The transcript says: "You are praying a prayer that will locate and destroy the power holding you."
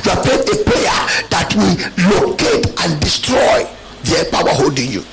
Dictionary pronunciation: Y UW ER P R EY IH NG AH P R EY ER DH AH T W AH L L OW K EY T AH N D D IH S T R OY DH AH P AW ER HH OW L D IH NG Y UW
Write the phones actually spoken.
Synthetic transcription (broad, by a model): Y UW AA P EY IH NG AH P EY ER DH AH T W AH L L OW K EY T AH N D D IH S T R OY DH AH P AW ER HH OW L D IH NG Y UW